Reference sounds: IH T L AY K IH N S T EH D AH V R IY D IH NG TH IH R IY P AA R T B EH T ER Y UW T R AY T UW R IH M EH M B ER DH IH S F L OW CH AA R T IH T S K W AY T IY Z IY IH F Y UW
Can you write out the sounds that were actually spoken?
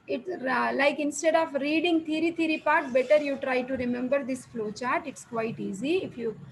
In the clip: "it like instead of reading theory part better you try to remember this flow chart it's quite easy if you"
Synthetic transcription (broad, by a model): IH T L AY K IH N S T EH D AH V R IY D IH NG T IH R IY P AA R T B EH T ER Y UW T R AY T UW R IH M EH M B ER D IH S F L OW CH AA R T IH T S K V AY T IY Z IY IH F Y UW